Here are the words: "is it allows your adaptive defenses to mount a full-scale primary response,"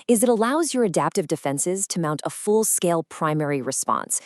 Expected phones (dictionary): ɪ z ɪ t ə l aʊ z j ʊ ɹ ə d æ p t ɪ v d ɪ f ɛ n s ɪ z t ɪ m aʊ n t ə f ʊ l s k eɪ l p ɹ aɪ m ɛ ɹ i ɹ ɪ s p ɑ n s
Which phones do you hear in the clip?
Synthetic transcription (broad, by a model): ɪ z ɪ t ə l aʊ z j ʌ ɹ ə d æ p t ɪ v d ɪ f ɛ n s ɪ z t ɪ m aʊ n t ə f ʊ l s k eɪ l p ɹ aɪ m ɛ ɹ i ɹ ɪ s p ɑ n s